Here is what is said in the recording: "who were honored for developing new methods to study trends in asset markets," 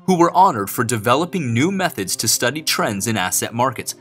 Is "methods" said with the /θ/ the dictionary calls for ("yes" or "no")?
yes